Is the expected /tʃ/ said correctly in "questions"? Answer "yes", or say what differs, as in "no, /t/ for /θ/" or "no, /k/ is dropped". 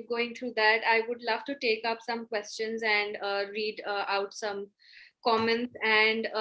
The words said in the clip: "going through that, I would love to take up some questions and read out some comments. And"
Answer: yes